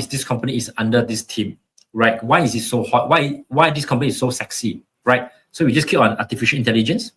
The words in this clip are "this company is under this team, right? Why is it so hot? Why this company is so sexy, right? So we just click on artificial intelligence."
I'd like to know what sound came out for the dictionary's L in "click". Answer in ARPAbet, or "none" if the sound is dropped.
none